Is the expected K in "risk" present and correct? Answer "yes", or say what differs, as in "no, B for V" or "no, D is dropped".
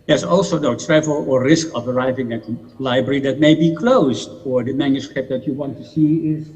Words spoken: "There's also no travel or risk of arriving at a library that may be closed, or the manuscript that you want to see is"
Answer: yes